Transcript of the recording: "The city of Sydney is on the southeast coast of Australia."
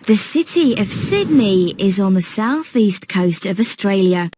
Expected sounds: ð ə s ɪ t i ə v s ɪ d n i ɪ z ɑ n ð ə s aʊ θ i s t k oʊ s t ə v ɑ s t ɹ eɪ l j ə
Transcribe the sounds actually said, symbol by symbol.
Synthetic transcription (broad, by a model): ð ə s ɪ t i ə v s ɪ d n i ɪ z n ð ə s aʊ θ i s k oʊ s t ə v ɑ s t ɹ eɪ l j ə